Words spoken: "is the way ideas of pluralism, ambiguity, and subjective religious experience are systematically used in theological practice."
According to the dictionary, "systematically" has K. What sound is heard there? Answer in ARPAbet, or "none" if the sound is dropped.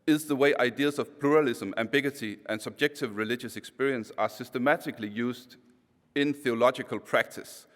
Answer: K